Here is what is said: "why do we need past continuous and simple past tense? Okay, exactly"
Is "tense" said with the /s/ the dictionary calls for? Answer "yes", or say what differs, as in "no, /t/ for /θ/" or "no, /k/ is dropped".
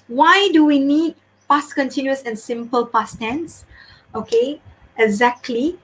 yes